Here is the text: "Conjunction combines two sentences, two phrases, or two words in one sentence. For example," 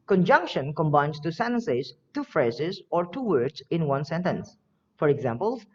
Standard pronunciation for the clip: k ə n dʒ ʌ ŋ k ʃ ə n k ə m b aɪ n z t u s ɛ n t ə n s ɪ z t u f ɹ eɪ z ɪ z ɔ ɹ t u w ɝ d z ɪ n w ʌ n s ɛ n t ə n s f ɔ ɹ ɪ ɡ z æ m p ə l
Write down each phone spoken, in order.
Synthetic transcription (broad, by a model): k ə n dʒ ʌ ŋ k ʃ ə n k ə m b aɪ n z t u s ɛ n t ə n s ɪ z t u f ɹ eɪ z ɪ z ɔ ɹ t u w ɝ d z ɪ n w ʌ n s ɛ n t ə n s f ɔ ɹ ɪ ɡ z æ m p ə l